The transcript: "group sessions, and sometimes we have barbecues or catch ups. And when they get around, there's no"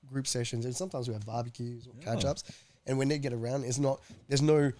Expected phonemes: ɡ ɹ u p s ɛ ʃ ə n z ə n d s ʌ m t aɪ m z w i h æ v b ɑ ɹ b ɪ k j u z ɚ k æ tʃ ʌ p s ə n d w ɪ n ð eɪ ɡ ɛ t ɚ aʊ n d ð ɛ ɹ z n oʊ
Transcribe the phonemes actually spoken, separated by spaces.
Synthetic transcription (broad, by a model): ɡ ɹ u p s ɛ ʃ ə n z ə n s ʌ m t aɪ m z w i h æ v b ɑ ɹ b ɪ k j u z ɚ k æ tʃ ʌ p s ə n w ɪ n ð eɪ ɡ ɛ t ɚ aʊ n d ð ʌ ɹ z n oʊ